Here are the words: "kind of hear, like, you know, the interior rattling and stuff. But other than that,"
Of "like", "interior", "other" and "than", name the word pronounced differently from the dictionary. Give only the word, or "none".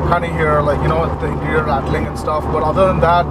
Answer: interior